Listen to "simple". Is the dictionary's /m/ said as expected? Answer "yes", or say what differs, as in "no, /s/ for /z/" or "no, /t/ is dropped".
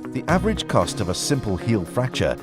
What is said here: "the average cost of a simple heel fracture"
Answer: yes